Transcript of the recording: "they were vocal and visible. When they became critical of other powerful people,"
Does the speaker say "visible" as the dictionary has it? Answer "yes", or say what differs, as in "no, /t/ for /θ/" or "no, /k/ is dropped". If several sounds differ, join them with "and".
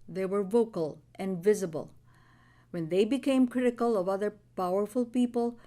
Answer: yes